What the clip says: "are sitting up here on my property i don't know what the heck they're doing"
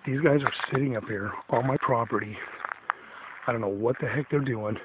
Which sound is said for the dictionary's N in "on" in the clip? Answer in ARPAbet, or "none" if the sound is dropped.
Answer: L